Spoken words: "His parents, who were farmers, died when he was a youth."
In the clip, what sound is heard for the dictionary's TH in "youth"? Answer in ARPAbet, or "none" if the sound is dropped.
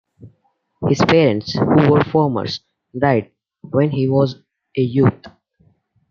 T